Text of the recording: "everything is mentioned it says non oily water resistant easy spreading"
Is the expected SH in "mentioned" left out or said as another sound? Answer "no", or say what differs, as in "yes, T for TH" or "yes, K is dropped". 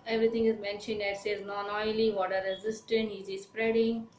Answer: no